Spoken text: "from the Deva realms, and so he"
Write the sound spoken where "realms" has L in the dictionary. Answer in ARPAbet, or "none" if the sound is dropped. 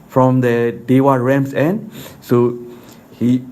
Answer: none